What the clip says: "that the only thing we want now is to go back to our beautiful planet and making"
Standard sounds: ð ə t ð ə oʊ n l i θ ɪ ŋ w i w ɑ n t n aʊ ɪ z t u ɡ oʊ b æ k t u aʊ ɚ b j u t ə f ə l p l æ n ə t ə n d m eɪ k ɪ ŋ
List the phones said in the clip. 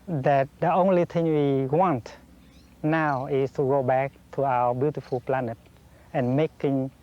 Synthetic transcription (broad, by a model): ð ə t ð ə oʊ n l i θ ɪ ŋ w i w ɑ n t n aʊ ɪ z t u ɡ oʊ b æ k t u aʊ ɚ b j u t ə f ə l p l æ n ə t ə n m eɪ k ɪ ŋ